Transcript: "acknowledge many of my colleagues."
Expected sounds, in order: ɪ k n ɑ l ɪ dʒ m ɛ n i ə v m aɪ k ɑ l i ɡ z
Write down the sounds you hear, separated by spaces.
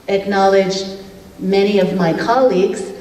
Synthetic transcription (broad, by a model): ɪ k n ɑ l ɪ dʒ m ɛ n i ə v m aɪ k ɑ l i ɡ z